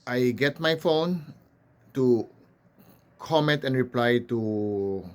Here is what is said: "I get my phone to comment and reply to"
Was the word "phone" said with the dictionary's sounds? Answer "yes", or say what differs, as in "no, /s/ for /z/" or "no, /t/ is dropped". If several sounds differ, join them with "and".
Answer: yes